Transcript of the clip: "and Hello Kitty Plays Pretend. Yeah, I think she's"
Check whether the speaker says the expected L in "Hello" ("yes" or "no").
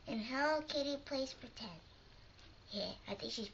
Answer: no